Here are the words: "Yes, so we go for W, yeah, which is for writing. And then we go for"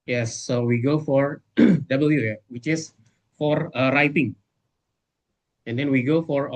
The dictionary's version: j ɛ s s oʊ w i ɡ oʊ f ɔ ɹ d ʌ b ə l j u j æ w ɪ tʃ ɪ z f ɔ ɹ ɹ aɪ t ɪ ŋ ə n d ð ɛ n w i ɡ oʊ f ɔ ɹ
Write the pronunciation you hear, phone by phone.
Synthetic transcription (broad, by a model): j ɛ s s oʊ w i ɡ oʊ f ɔ ɹ d ʌ b ə l j u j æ w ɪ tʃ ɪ s f ɔ ɹ ɹ aɪ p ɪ ŋ ə n d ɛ n w i ɡ oʊ f ɔ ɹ